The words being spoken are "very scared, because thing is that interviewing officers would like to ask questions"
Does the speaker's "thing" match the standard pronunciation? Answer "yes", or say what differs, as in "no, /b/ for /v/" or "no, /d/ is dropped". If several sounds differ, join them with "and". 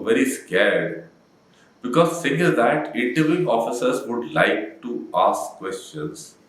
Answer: no, /s/ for /θ/